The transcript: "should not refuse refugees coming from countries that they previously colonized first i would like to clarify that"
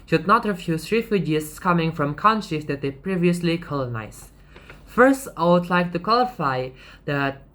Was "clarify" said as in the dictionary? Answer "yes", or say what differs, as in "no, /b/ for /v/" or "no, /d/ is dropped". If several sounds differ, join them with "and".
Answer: no, /w/ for /l/ and /l/ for /ɹ/